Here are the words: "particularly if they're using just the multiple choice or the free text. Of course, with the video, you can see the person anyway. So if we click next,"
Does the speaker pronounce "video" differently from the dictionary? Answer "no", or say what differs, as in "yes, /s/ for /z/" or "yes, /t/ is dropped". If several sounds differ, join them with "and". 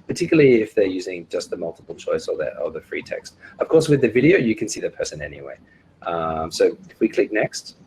no